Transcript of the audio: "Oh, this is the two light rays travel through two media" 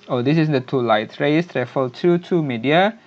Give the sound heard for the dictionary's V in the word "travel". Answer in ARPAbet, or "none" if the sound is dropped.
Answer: F